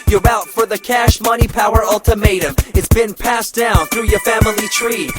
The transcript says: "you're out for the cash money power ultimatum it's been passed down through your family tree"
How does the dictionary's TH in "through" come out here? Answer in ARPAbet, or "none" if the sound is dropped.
TH